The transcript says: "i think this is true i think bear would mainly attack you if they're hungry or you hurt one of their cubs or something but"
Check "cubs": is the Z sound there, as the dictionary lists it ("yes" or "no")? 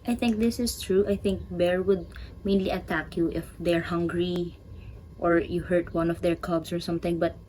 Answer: no